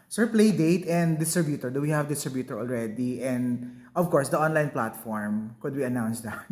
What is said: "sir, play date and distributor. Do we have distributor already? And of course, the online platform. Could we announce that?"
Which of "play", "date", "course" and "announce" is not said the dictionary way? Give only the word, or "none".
none